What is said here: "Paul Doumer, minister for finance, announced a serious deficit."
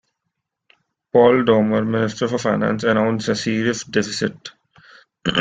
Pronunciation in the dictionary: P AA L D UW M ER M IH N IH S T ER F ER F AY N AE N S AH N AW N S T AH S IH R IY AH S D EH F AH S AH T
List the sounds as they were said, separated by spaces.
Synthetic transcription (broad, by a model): P AA L D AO M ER M IH N IH S T ER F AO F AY N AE N S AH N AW N S AH S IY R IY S D EH F AH S AH T